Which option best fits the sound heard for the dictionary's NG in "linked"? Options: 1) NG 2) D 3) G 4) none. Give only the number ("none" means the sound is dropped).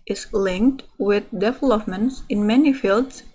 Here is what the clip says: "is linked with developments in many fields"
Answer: 1